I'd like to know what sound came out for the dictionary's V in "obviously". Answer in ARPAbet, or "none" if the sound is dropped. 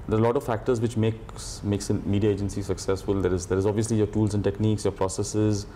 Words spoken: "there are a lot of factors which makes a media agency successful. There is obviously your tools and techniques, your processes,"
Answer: V